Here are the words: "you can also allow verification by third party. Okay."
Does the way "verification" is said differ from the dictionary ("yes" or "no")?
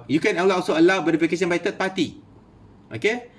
yes